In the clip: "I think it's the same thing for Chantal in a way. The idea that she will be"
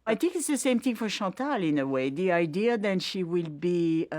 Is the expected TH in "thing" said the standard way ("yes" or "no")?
yes